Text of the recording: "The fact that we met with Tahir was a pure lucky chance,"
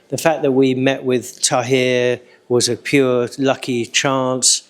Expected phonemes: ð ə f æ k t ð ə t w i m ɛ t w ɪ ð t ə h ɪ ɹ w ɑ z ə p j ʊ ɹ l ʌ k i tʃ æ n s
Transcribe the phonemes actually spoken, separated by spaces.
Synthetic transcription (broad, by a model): ð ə f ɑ k ð ə t w i m ɛ t w ɪ ð t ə h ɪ w ɑ z ə p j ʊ l ʌ k i tʃ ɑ n s